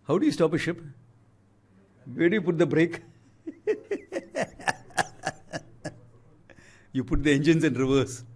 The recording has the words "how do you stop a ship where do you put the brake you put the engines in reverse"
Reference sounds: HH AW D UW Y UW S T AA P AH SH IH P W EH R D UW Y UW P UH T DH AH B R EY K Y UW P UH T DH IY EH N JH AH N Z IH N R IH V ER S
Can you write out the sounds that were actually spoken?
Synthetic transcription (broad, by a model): HH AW D UW Y UW S T AA P AH SH IH P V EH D Y UW P UH T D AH B R EY K Y UW P UH T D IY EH N JH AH N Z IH N R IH V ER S